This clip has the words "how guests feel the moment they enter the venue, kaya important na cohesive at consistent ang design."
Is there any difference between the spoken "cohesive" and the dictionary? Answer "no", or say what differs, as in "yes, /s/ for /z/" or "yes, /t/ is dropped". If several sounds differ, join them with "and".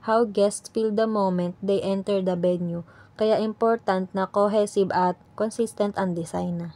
yes, /b/ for /v/